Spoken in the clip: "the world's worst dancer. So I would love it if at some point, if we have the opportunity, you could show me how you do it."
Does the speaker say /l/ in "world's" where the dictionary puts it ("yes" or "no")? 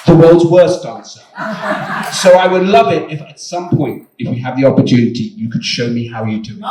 yes